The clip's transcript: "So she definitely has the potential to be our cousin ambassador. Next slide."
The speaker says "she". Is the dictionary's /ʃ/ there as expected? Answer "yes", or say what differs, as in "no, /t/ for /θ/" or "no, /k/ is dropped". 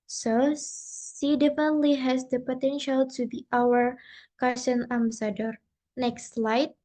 no, /s/ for /ʃ/